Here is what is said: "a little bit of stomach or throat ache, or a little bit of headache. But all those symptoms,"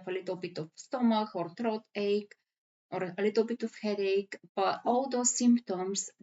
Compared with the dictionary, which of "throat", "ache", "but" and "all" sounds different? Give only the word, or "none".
throat